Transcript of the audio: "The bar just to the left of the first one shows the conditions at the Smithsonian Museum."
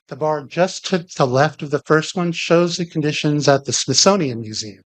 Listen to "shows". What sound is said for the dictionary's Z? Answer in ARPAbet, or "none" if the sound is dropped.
Z